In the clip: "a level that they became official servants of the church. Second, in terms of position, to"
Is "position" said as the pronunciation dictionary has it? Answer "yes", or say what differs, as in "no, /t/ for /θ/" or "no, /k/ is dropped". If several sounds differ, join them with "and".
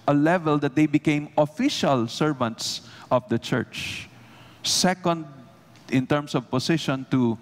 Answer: no, /s/ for /z/